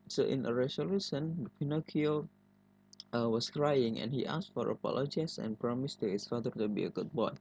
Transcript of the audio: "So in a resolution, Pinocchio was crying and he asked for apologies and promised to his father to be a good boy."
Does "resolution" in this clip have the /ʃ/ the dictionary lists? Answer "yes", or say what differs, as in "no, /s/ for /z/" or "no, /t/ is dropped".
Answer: no, /s/ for /ʃ/